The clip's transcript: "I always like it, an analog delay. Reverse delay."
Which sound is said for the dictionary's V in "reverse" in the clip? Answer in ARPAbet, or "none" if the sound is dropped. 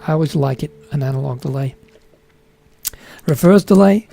F